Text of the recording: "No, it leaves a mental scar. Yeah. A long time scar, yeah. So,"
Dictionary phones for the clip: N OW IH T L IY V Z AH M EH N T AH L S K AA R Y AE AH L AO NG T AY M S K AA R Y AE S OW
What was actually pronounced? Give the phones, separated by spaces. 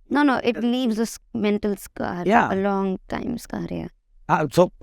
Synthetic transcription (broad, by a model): N OW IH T N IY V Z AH M EH N T AH L S K AA R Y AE AH L AO NG T AY M S K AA R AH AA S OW